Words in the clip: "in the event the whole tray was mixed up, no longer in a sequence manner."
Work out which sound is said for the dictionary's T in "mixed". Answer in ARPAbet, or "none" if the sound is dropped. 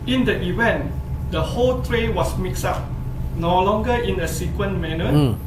none